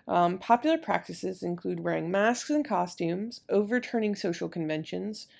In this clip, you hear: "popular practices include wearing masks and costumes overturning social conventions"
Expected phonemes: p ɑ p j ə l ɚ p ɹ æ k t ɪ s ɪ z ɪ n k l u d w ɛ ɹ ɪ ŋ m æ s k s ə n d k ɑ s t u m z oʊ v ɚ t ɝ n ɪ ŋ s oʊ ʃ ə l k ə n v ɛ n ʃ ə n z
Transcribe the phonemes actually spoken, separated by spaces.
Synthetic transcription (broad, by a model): p ɑ p j l ɚ p ɹ æ k t ɪ s ɪ z ɪ n k l u d w ɛ ɹ ɪ ŋ m æ s k s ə n k ɑ s t u m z oʊ v ɚ t ɝ n ɪ ŋ s oʊ ʃ l k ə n v ɛ n ʃ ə n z